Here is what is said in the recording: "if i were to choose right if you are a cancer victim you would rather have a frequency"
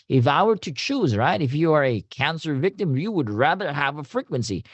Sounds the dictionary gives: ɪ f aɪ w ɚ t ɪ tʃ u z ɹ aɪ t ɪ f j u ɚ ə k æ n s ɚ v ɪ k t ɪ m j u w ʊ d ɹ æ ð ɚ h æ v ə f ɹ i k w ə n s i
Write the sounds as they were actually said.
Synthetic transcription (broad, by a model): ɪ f aɪ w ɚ t ɪ tʃ u z ɹ aɪ t ɪ f j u ɚ ə k æ n s ɚ v ɪ k t ɪ m j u w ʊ d ɹ æ ð ɚ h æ v ə f ɹ i k w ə n s i